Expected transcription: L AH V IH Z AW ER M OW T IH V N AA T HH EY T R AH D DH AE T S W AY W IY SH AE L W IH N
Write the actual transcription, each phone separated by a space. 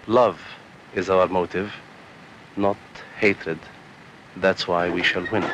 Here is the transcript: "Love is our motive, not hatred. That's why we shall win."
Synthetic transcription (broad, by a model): L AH V IH Z AW ER M OW T IH V N AA T HH EY T R AH D DH AE T S W AY W IY SH AE L W IH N